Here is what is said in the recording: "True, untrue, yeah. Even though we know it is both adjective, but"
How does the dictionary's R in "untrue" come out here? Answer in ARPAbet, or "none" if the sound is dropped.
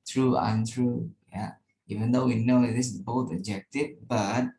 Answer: R